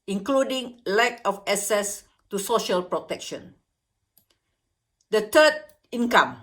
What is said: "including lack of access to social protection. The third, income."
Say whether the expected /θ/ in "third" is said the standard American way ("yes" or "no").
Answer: no